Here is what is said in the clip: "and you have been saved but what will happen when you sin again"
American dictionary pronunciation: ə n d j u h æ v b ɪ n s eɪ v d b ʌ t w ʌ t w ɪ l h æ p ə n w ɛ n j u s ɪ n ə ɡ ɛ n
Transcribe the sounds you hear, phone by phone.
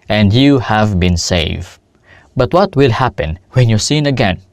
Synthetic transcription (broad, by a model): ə n d j u h æ v b ɪ n s eɪ v b ʌ t w ʌ t w ɪ l h æ p ə n w ɛ n j u s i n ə ɡ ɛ n